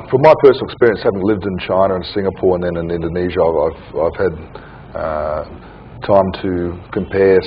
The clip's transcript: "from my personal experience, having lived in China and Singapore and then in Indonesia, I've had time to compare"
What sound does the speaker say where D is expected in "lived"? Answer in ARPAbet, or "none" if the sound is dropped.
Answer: D